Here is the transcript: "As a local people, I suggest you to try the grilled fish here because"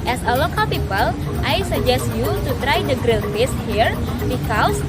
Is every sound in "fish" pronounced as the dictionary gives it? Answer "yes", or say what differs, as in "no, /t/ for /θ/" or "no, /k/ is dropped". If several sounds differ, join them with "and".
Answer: no, /s/ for /ʃ/